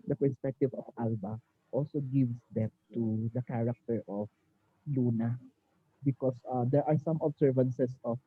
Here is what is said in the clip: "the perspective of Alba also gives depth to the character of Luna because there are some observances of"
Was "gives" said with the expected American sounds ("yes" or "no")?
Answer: no